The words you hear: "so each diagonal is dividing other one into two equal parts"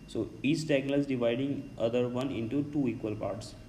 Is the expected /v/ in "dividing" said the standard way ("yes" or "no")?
yes